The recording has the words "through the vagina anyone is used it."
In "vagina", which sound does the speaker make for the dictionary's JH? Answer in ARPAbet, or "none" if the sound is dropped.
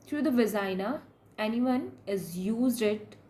Z